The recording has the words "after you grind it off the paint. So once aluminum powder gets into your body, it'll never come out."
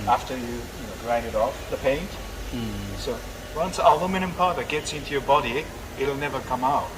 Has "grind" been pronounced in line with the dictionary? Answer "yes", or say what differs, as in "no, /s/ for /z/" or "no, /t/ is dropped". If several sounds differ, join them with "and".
no, /n/ is dropped